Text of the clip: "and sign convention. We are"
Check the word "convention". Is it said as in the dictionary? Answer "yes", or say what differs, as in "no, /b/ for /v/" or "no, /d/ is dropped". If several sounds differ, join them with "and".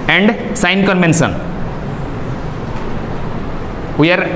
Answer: no, /s/ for /ʃ/